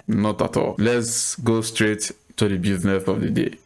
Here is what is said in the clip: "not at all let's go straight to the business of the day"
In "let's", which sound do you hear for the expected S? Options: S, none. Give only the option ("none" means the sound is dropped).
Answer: S